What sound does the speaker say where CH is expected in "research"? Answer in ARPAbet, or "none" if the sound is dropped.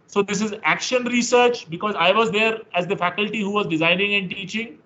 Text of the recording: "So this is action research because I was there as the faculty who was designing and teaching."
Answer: CH